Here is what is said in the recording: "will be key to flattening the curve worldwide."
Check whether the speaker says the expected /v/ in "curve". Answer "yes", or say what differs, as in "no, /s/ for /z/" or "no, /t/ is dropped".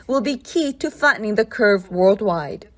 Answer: yes